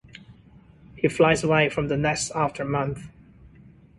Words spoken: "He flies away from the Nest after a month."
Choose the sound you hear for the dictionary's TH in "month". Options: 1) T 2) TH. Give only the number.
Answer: 2